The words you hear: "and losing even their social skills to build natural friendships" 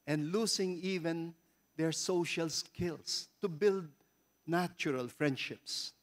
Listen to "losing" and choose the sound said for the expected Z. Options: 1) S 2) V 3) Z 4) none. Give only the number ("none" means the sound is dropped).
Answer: 1